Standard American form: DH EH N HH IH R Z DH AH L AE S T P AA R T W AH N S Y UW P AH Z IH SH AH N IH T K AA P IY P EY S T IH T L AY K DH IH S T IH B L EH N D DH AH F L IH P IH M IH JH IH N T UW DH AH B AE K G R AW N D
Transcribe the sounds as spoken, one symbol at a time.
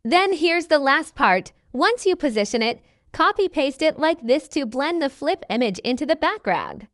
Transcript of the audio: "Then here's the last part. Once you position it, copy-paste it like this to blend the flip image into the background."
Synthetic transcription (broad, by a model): DH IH N HH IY R Z DH AH L AE S T P AA R T W AH N S Y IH P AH Z IH SH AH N IH T K AA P IY P EY S T IH T L AY K DH IH S T IH B L EH N DH AH F L IH P IH M IH JH IH N T UW DH AH B AE K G R AW N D